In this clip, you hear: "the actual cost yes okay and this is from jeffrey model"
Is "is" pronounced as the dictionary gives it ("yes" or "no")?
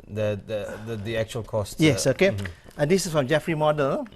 no